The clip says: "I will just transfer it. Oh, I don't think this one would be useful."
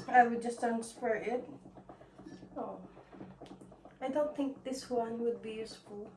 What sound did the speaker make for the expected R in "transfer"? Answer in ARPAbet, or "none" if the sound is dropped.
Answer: none